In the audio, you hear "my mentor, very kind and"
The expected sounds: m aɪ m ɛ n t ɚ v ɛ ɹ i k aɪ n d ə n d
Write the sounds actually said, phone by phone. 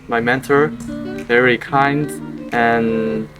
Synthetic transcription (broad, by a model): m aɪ m ɛ n t ɚ v ɛ ɹ i k aɪ n d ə n